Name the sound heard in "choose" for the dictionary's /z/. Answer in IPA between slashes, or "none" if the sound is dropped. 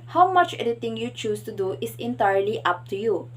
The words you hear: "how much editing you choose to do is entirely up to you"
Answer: /s/